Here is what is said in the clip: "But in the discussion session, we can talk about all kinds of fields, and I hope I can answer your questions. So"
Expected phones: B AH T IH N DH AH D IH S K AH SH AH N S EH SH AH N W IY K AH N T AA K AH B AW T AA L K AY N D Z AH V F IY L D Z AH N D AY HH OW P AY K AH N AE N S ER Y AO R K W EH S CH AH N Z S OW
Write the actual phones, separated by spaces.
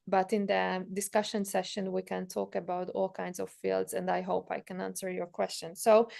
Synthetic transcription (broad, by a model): B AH T IH N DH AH D IH S K AH SH AH N S EH SH AH N W IY K AH N T AA K AH B AW T AA L K AY N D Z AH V F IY L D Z AH N D AY HH OW P AY K AH N AE N S ER Y AO R K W EH S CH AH N S OW